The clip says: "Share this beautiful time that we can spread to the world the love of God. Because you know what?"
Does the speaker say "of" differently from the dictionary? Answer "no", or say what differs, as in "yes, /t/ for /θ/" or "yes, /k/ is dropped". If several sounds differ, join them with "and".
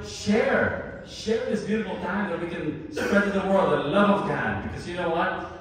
no